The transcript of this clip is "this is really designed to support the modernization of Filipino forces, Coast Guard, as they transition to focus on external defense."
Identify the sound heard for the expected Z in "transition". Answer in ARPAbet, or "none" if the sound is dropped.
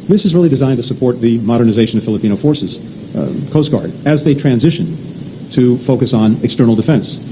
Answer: Z